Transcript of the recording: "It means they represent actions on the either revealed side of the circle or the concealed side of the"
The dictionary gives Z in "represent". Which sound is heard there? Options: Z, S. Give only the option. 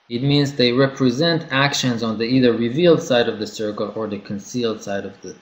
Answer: Z